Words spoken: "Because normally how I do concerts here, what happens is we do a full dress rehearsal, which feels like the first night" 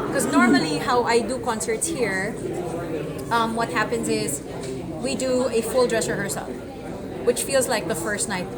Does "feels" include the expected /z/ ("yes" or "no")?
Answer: yes